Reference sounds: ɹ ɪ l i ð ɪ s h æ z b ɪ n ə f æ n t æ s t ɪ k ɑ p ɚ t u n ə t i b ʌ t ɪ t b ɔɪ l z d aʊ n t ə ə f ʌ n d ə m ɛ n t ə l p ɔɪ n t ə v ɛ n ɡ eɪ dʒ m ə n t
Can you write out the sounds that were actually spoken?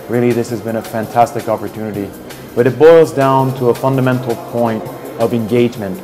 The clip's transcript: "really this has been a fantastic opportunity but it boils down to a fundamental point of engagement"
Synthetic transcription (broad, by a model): ɹ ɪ l i ð ɪ s h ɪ z b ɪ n ə f æ n t æ s t ɪ k ɑ p ɚ t u n ə t i b ʌ t ɪ t b ɔɪ l z d aʊ n t ə ə f ʌ n d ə m ɛ n t l p ɔɪ n t ə v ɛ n ɡ eɪ dʒ m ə n t